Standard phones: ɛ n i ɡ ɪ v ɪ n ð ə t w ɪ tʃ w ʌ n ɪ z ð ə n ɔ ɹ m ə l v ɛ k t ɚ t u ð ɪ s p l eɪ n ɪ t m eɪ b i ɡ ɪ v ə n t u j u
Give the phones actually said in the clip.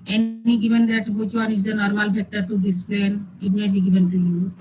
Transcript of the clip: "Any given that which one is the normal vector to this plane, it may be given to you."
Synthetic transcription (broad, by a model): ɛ n i ɡ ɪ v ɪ n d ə t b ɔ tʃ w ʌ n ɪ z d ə n ɔ ɹ m ə l f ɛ k t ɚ t u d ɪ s p l eɪ n ɪ t m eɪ b i ɡ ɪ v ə n t u j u